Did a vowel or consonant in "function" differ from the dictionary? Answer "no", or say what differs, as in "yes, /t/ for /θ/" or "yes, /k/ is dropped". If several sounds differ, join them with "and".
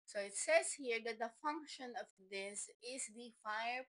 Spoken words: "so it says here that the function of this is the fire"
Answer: no